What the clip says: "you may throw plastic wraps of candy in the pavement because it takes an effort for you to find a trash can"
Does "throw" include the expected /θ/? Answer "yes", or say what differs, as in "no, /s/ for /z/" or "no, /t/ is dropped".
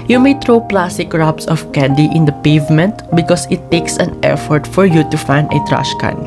no, /t/ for /θ/